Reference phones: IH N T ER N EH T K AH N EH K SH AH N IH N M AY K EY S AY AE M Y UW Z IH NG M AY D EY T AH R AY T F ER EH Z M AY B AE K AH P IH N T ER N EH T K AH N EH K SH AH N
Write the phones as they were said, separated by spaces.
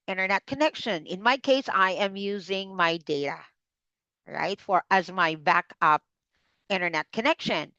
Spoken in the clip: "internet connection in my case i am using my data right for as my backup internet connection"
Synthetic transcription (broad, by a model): IH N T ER N EH T K AH N EH K SH AH N IH N M AY K EY S AY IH M Y UW Z IH NG M AY D EY T AH R AY T F ER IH Z M AY B AE K AH P IH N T ER N EH T K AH N EH K SH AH N